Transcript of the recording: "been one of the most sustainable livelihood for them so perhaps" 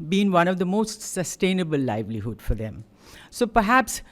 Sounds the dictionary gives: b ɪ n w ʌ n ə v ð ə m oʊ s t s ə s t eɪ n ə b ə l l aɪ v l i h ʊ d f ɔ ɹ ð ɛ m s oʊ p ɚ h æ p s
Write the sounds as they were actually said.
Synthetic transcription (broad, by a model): b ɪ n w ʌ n ə v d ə m oʊ s t s ə s t eɪ n ə b ə l l aɪ v l i h ʊ d f ɔ ɹ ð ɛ m s oʊ p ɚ h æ p s